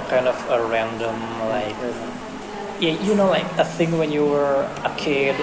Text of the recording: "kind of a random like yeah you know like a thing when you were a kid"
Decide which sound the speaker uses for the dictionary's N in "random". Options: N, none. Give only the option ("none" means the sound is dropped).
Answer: N